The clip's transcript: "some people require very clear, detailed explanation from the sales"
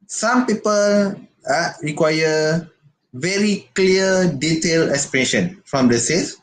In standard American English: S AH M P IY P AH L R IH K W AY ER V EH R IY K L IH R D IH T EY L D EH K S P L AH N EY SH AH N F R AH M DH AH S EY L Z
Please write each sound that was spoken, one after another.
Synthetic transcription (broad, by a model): S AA M P IY P AH L R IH K W AY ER V EH R IY K L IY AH D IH T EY L EH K S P AH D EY SH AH N F R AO M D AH S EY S